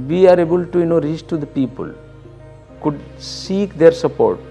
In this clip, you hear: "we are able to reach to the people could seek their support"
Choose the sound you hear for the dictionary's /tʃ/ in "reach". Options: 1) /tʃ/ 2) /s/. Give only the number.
2